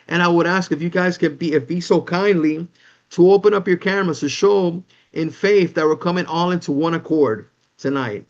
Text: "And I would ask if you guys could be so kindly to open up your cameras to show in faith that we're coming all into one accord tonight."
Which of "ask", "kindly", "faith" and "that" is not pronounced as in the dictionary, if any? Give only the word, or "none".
none